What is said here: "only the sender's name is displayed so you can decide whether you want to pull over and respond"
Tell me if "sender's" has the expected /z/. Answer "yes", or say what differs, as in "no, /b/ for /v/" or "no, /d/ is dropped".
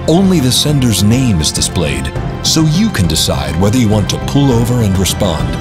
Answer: yes